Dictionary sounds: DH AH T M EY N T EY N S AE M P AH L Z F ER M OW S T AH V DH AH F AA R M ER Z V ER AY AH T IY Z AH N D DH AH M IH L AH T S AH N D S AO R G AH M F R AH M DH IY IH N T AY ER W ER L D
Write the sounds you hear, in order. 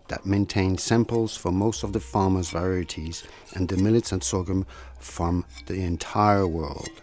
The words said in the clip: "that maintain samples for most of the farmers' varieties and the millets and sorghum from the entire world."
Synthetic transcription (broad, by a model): DH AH T M EY N T EY N S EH M P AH L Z F ER M OW S T AH V DH AH F AA R M ER Z V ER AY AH T IY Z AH N DH AH M IH L AH T S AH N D S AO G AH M F R AH M DH IY IH N T AY ER W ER L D